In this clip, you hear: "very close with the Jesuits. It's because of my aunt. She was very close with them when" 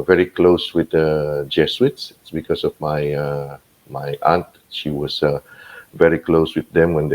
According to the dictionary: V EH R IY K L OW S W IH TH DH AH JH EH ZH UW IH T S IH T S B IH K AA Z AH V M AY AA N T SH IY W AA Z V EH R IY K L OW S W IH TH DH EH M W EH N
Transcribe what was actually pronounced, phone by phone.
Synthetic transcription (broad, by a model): V EH R IY K L OW S W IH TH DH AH JH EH S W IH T S IH T S B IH K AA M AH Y M AY AA N T SH IY W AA S V EH R IY K L OW S W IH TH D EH M W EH N